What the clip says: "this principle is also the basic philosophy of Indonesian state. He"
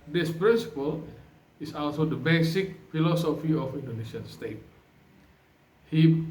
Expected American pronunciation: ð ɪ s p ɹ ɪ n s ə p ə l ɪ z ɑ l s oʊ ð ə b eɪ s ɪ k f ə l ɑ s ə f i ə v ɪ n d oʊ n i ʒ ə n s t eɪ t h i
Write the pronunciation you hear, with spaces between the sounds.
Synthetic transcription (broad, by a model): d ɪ s p ɹ ɪ n s ə p ə l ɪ s ɑ l s oʊ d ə b eɪ s ɪ k f ə l ɑ s ə f i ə f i n d oʊ n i s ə n s t eɪ t h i